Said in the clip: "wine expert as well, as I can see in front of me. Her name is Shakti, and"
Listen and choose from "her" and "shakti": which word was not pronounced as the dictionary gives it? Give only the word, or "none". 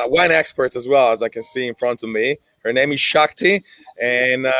none